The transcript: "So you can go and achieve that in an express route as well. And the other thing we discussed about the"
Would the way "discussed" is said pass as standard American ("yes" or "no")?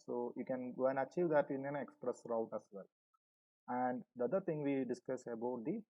no